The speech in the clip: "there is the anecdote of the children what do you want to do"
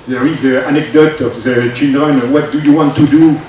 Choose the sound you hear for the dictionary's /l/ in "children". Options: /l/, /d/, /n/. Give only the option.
/n/